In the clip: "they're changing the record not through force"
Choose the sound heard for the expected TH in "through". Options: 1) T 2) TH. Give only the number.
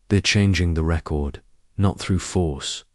2